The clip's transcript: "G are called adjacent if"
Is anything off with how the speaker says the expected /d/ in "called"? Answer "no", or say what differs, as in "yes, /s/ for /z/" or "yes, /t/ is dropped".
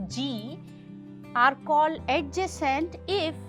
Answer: yes, /d/ is dropped